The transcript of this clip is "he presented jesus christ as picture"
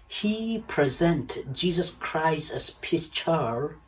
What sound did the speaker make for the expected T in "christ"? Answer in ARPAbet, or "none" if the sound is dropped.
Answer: T